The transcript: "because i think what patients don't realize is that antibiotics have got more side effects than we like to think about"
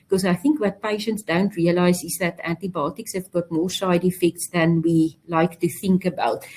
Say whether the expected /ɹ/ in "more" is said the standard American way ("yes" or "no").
yes